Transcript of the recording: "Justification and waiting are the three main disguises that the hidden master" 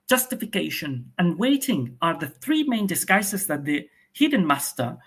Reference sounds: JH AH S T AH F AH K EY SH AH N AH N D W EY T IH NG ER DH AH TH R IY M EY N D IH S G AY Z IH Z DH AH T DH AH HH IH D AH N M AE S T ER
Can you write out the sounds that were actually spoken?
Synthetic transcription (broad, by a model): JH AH S T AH F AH K EY SH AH N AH N W EY T IH NG ER DH AH TH R IY M EY N D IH S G AY S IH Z DH AH T DH AH HH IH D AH N M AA S T ER